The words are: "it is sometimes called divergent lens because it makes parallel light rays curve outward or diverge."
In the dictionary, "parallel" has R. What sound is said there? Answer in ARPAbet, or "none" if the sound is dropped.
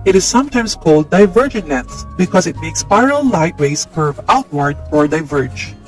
none